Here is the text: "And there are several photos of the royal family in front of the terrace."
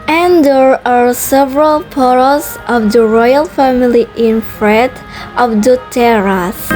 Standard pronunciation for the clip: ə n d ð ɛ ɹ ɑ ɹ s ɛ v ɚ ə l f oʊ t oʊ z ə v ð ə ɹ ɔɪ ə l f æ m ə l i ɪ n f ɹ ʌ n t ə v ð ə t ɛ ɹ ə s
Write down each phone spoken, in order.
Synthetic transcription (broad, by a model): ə n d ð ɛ ɹ ɑ ɹ s ɛ v ɚ ə l p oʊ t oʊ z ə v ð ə ɹ ɔɪ ə l f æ m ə l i ɪ n f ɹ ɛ t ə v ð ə t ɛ ɹ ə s